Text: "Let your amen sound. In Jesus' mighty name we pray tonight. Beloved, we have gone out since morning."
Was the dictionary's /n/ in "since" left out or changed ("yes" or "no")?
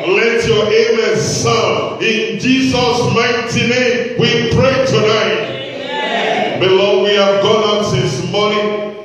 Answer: yes